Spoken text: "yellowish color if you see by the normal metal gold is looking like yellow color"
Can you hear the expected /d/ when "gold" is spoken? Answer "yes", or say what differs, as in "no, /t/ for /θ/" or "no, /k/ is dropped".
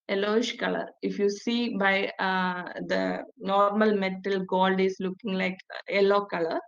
yes